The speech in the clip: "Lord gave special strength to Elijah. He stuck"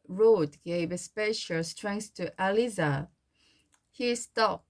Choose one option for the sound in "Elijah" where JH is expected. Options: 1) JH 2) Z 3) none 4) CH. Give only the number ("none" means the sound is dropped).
2